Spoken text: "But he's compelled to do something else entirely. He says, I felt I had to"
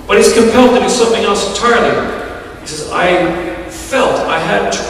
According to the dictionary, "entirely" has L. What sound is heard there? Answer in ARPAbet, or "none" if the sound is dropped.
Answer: N